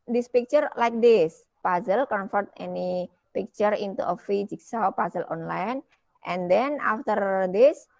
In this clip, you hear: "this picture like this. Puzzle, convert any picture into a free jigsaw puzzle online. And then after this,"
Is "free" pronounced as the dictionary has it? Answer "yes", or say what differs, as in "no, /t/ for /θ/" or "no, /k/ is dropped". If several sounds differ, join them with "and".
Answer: no, /ɹ/ is dropped